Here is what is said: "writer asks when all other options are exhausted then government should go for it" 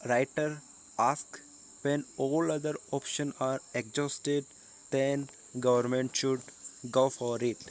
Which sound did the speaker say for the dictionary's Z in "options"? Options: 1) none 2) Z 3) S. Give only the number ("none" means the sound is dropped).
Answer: 1